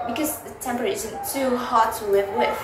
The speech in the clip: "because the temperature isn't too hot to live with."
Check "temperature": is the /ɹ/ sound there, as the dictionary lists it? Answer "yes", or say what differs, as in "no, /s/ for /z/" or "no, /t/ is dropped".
no, /ɹ/ is dropped